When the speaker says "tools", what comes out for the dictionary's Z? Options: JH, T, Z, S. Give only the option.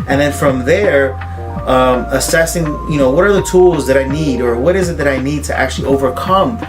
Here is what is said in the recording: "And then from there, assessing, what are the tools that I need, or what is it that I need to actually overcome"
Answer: Z